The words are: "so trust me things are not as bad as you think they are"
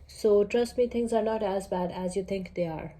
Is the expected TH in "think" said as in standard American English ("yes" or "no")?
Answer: no